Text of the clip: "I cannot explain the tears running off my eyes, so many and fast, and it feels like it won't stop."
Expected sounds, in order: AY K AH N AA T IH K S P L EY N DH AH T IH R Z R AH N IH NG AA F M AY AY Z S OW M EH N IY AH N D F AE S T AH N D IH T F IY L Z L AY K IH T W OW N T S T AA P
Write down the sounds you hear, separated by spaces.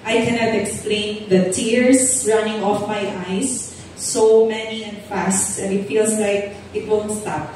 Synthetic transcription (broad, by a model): AY K AH N AA T IH K S P L EY N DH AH T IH R S R AH N IH NG AA F M AY AY S OW M EH N IY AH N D F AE S T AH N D IH T F IY L S L AY K IH T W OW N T S T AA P